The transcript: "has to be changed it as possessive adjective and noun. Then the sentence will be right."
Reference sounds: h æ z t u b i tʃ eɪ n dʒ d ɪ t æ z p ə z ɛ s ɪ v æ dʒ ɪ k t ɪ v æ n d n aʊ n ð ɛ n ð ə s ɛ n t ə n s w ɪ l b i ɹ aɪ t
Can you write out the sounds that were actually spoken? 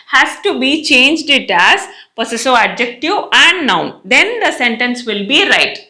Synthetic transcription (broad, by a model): h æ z t u b i tʃ eɪ n dʒ d ɪ t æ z p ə s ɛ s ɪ æ dʒ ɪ k t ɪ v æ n d n aʊ n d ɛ n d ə s ɛ n t ə n s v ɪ l b i ɹ aɪ t